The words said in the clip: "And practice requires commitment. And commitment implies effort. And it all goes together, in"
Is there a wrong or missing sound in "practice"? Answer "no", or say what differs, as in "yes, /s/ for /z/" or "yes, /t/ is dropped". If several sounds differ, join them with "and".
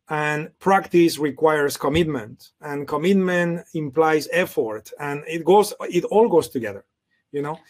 no